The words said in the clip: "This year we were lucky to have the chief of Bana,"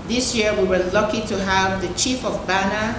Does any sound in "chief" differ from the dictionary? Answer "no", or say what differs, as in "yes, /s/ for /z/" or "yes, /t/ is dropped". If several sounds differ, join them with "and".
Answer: no